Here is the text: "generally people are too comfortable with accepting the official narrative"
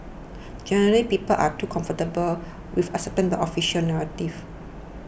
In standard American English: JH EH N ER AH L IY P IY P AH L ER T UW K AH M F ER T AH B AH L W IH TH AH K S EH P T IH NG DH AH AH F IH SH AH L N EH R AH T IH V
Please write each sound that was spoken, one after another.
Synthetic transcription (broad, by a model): JH EH N ER AH L IY P IY P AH L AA T UW K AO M F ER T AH B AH L W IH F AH S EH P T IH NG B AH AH F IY SH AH L N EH R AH T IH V